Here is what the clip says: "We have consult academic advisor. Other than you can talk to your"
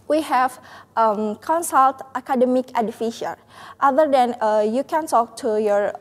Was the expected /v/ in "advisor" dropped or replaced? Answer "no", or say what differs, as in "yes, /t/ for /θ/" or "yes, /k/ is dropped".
yes, /f/ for /v/